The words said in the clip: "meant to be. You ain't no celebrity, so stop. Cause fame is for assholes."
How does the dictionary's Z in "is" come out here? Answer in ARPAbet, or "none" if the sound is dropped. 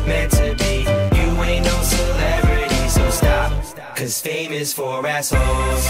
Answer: S